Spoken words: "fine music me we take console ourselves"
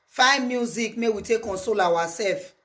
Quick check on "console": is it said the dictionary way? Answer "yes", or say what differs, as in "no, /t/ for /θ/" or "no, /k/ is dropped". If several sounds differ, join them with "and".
yes